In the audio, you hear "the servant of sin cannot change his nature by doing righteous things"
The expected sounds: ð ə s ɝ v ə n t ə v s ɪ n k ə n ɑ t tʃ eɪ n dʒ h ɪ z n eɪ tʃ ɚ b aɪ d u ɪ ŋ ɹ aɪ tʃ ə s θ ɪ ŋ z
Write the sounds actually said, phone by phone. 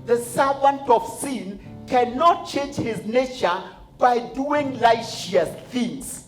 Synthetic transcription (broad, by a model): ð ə s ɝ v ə n t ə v s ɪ n k ə n ɑ t tʃ eɪ n dʒ h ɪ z n eɪ tʃ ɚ b aɪ d u ɪ ŋ l aɪ ʃ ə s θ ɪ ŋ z